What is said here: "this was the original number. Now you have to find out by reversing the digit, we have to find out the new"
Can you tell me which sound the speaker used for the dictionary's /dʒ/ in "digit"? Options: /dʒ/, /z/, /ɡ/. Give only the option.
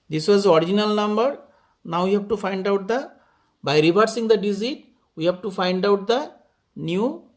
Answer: /z/